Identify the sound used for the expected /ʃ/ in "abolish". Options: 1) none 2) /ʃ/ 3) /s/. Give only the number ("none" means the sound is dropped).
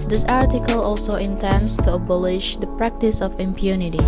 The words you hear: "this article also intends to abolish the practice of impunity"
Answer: 2